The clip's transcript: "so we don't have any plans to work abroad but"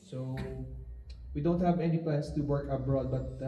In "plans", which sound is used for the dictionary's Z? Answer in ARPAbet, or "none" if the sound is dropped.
S